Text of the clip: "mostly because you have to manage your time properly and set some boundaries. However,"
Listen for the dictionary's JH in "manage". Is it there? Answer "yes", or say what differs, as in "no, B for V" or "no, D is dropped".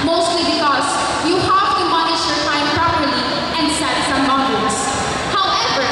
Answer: no, SH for JH